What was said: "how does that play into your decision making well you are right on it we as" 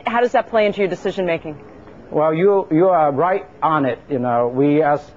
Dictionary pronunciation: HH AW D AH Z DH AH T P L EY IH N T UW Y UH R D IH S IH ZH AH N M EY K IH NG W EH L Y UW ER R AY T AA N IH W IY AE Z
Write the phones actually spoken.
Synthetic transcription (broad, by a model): HH AW D AH Z DH AH T P L EY IH N T UW Y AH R D IH S IH ZH AH N M EY K IH NG W EH L Y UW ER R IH T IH N IH W IY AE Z